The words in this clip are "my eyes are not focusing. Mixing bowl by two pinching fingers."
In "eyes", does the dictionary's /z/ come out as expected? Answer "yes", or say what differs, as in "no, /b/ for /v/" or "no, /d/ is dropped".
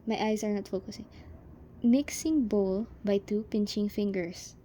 no, /s/ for /z/